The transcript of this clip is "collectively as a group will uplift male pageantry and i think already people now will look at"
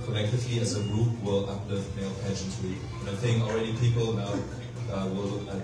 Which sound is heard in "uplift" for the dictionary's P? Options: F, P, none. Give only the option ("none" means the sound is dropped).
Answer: none